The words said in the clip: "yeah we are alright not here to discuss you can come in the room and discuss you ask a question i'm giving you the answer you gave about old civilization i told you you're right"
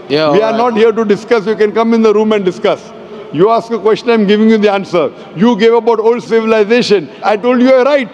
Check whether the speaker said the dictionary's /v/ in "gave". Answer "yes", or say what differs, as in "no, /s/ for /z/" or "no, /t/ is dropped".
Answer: yes